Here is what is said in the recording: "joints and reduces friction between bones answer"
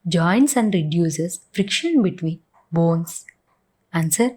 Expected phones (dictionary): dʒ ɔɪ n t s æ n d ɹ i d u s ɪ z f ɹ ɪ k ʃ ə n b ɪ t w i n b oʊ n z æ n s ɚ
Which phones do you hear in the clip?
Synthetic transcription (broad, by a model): dʒ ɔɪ n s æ n d ɹ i d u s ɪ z f ɹ ɪ k ʃ ə n b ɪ t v i n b oʊ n s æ n s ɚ